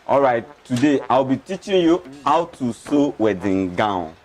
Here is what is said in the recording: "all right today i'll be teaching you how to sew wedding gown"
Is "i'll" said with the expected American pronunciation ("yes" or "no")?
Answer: no